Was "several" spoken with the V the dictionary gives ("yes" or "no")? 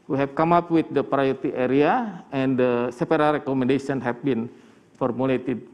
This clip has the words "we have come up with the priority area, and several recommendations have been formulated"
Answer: no